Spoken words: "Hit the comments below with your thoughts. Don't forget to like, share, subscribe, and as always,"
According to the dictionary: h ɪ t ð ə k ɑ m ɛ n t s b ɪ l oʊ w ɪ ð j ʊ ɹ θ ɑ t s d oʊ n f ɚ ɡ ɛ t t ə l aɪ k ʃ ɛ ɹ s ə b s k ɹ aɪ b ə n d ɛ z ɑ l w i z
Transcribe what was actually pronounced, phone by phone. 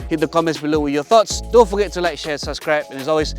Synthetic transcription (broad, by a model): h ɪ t ð ə k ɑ m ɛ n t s b ɪ l oʊ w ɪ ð j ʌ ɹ θ ɑ t s d oʊ n f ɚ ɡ ɛ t t ə l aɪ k ʃ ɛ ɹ s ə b s k ɹ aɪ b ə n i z ɑ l w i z